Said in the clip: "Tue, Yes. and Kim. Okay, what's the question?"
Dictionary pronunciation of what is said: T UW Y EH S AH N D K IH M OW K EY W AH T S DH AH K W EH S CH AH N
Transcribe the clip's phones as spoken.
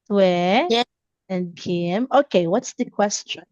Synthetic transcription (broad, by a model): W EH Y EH AH N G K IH M OW K EY W AH T S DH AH K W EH S CH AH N